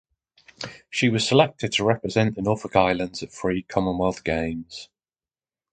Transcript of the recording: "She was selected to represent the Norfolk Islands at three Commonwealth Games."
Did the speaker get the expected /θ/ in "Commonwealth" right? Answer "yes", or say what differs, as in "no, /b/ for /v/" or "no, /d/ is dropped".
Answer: yes